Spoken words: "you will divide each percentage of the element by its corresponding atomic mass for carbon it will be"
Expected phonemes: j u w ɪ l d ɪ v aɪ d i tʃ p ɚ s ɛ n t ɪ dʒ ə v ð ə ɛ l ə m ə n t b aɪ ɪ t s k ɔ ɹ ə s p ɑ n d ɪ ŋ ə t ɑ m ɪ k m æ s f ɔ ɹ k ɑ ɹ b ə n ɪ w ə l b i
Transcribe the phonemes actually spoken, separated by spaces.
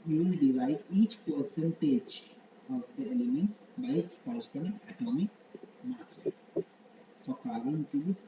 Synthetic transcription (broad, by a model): j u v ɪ l d ɪ v aɪ d i tʃ p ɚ s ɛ n t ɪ dʒ ə v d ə ɛ l ə m ə n t b aɪ ɪ t s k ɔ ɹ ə s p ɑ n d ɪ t ə t ɑ m ɪ k m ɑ s f ɔ ɹ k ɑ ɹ ə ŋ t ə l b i